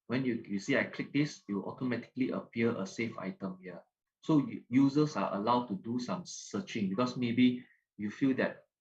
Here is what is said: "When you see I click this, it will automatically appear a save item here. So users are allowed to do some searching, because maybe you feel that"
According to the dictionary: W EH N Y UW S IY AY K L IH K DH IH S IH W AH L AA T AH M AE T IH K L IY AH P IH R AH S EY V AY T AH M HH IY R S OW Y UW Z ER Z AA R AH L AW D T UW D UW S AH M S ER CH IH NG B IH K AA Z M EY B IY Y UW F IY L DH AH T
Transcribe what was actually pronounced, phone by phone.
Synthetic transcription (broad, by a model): W EH N Y UW S IY AY K L IH K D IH S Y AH W AA T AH M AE T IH K L IY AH P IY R AH S EY F AY T AH M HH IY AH S OW Y UW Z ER S AA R AH L AW D T UW D UW S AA M S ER CH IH NG B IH K AA S M EY B IY Y UW F IY L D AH T